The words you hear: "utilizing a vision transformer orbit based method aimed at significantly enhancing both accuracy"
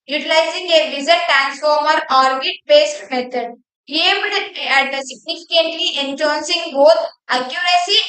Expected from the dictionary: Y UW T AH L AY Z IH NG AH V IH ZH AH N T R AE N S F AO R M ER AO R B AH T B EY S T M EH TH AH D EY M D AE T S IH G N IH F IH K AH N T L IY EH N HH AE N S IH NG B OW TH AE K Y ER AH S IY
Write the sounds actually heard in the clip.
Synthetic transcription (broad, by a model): Y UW T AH L AY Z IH NG AH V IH Z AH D T R AE N S F AO R M ER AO R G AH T B EY S T M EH T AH D EY M D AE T S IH G N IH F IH K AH N T L IY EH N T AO N S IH NG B OW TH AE K Y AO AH S IY